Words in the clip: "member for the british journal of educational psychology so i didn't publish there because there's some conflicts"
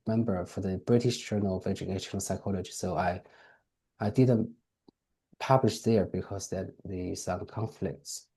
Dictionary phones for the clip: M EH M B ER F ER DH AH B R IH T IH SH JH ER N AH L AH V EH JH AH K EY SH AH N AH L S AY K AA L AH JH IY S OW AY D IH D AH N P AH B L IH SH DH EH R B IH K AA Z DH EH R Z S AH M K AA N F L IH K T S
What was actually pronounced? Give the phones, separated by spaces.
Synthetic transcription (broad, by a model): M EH M B ER F ER DH AH B R IH T IH SH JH ER N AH L AH V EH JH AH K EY SH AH N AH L S AY K AA L AH JH IY S OW AY D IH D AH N P AH B L IH SH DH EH R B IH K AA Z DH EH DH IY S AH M K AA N F L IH K T S